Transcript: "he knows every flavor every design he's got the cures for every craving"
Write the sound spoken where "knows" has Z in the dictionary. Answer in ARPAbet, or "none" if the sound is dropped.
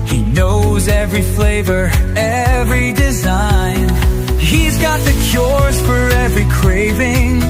Z